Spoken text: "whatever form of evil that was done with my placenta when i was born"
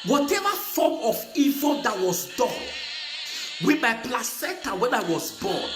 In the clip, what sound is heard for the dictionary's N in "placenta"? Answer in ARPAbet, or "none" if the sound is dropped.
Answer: none